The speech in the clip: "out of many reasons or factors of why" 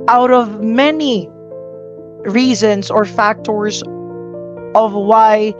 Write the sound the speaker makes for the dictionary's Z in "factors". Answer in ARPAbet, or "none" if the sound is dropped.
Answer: Z